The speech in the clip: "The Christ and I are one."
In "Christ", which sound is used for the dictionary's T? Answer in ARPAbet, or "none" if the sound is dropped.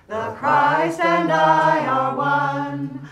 none